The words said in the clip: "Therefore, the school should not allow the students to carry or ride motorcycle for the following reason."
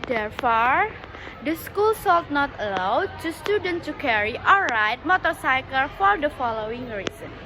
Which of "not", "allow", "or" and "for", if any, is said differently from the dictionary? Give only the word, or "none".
or